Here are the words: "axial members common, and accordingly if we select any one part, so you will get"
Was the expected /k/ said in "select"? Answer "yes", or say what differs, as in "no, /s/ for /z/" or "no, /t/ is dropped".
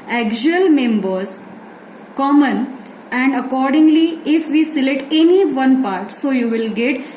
no, /k/ is dropped